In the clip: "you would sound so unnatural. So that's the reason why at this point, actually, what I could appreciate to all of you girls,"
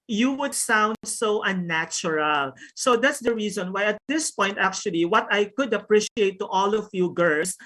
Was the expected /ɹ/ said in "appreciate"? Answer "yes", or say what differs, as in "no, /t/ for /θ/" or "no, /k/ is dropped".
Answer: yes